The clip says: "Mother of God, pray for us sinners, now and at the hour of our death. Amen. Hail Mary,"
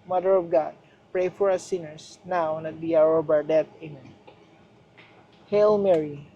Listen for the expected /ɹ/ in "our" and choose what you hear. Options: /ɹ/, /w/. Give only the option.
/ɹ/